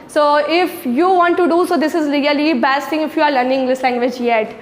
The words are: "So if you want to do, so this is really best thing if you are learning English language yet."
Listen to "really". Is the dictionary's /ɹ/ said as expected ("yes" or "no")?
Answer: no